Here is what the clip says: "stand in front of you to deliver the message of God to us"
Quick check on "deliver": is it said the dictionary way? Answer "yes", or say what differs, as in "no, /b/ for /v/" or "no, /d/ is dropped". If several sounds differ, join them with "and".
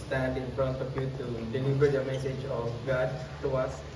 no, /n/ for /l/